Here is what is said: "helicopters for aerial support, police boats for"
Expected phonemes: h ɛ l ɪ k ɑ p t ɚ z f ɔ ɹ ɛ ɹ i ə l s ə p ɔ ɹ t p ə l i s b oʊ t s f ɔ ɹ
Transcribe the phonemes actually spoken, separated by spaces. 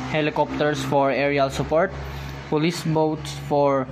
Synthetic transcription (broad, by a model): h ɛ l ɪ k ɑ p t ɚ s f ɔ ɹ ɛ ɹ i ə l s ə p ɔ ɹ t p ə l i s b oʊ t s f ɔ ɹ